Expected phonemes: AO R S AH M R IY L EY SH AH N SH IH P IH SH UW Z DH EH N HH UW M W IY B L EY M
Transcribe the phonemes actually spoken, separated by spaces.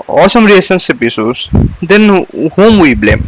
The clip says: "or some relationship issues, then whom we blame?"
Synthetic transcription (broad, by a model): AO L S AH M R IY EY S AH N S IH P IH S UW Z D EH N HH UW M W IY B L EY M